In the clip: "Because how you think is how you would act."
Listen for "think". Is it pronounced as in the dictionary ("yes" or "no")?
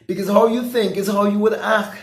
yes